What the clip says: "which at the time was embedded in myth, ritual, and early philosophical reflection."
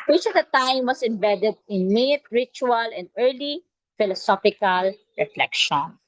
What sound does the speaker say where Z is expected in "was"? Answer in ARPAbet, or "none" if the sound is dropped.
S